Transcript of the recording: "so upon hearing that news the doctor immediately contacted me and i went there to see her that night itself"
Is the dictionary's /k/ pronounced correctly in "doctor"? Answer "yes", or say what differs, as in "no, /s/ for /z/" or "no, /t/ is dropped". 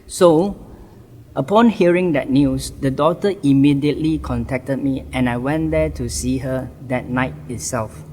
no, /k/ is dropped